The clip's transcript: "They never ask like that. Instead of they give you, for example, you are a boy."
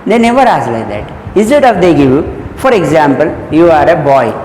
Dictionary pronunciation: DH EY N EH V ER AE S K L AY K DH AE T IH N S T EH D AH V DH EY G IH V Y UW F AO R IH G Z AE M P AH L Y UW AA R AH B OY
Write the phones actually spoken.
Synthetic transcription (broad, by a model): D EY N EH V ER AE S L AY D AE T IH N S T EH D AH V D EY G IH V Y UW F AO R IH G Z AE M P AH L Y UW AA R AH B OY